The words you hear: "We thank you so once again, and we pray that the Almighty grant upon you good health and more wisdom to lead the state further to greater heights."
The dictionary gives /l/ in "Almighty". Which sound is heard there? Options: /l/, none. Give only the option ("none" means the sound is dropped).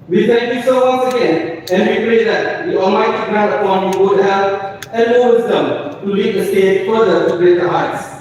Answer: none